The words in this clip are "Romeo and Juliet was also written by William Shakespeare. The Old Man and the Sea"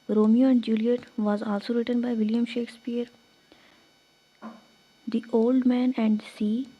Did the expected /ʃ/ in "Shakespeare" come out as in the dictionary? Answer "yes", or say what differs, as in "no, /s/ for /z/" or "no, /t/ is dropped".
yes